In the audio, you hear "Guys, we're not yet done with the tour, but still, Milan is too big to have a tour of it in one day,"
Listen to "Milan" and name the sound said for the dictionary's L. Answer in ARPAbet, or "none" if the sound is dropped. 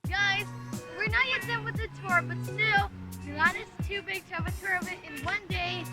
none